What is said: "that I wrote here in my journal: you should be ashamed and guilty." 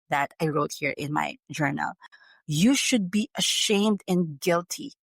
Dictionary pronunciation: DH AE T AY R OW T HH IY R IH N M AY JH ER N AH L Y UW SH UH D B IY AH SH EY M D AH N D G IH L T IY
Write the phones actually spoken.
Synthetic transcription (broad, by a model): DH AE T AY R OW T HH IY R IH N M AY JH ER N AH L Y UW SH UH D B IY AH SH EY M D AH N G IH L T IY